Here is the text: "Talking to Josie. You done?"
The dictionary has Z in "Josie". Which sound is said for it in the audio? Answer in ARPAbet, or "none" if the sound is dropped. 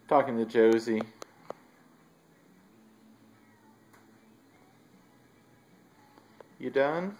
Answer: Z